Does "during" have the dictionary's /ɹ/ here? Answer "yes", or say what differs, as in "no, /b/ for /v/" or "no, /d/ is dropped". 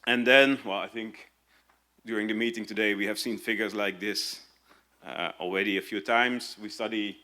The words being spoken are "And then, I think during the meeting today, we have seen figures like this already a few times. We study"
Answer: yes